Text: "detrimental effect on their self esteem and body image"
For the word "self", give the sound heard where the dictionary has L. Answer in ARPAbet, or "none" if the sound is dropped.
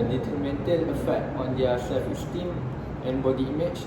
none